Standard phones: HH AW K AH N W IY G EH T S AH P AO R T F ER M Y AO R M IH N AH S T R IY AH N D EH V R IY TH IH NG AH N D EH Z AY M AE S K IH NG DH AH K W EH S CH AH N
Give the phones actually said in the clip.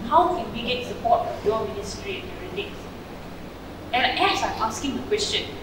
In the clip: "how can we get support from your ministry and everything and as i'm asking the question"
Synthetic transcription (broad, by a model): HH AW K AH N W IY G EH T S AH P AO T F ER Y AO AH M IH N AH S T R IY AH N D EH R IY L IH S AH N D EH S AY M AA S K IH NG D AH K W EH S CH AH N